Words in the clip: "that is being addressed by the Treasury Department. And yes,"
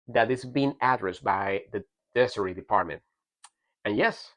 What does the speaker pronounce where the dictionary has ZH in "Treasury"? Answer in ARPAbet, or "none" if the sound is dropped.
S